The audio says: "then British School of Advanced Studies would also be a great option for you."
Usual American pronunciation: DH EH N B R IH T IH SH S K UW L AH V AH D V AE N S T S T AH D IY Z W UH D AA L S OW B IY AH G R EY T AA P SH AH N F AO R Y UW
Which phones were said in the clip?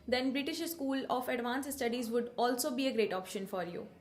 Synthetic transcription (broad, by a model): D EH N B R IH T IH SH S K UW L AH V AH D V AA N S S T AH D IY Z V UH D AA L S OW B IY AH G R EY T AA P SH AH N F AO R Y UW